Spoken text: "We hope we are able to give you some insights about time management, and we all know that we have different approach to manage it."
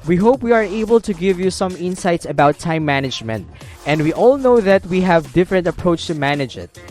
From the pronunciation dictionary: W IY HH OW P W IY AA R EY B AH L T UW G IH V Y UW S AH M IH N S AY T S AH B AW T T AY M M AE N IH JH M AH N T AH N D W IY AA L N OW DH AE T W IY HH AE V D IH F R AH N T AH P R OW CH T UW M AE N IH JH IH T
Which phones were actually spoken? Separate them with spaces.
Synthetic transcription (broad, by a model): W IY HH OW P W IY AA R EY B AH L T UW G IH V Y UW S AH M IH N S AY T S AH B AW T T AY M M AE N IH JH M AH N T AH N D W IY AA L N OW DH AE T W IY HH AE V D IH F R AH N T AH P R OW CH T UW M AE N IH JH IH T